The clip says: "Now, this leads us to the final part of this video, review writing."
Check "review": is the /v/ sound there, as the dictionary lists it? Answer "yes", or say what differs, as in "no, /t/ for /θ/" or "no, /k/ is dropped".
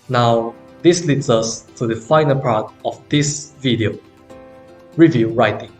yes